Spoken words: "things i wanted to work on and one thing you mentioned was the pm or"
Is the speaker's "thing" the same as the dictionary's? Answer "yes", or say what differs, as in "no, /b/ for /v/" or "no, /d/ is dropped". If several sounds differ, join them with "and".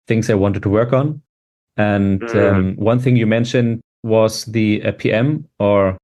yes